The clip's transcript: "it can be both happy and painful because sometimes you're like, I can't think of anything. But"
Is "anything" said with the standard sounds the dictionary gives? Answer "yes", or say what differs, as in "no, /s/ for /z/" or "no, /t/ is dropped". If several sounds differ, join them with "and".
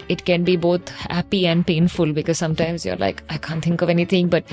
no, /t/ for /θ/